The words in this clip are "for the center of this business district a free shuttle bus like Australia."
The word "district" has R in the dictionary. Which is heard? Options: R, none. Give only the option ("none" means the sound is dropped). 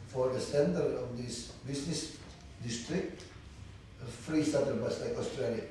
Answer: R